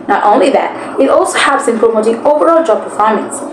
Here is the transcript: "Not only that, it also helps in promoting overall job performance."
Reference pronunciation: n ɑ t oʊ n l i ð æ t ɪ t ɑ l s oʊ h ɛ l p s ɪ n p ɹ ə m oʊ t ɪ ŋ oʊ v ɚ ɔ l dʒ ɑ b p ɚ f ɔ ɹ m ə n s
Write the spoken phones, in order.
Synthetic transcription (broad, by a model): n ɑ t oʊ n l i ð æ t ɪ t ɑ l s oʊ h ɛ p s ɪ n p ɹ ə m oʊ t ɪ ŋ oʊ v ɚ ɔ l dʒ ɑ b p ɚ f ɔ ɹ m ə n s